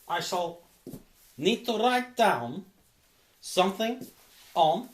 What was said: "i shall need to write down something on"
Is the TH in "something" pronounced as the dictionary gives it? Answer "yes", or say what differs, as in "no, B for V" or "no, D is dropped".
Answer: yes